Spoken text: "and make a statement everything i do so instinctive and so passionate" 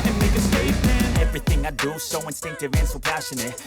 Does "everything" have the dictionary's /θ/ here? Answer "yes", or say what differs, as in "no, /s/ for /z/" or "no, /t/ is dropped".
yes